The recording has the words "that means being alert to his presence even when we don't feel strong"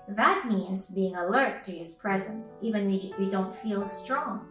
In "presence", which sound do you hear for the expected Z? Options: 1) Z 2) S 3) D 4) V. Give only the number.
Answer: 1